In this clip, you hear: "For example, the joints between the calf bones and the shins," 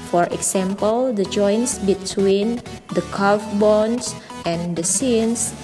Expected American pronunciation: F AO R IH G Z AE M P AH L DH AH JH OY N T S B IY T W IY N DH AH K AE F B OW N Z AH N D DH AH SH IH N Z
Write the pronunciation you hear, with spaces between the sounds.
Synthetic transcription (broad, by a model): F AO R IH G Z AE M P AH L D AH JH OY N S B IY T W IY N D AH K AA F B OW N S AH N D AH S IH N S